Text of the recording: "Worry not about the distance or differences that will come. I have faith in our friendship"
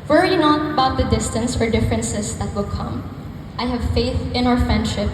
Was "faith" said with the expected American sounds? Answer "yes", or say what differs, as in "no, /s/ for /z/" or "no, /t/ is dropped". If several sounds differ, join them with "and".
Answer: yes